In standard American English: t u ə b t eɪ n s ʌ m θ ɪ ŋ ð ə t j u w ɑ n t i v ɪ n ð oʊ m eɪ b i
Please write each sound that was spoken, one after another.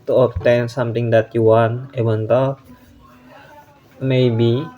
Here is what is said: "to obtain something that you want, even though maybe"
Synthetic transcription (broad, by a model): t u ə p t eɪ n s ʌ m t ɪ ŋ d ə t j u w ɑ n i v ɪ n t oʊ m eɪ b i